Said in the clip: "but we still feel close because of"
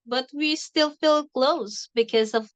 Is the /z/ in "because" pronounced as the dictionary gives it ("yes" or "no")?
yes